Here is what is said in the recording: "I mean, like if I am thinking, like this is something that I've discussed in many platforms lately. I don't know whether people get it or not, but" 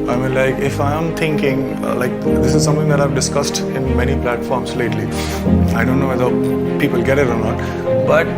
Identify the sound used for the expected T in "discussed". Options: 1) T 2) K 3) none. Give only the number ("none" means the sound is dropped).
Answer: 1